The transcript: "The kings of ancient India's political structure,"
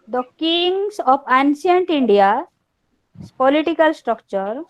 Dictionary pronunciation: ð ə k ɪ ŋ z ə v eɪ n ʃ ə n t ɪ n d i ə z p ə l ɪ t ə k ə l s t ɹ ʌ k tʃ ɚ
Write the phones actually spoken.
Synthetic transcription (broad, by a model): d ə k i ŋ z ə p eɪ n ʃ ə n t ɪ n d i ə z p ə l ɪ t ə k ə l s t ɹ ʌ k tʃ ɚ